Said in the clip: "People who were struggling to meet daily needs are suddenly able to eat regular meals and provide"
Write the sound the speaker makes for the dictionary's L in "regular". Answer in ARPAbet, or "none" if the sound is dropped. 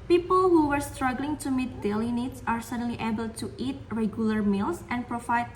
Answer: L